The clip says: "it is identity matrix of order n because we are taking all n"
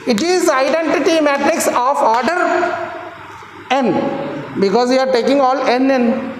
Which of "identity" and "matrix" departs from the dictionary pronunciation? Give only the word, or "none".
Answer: none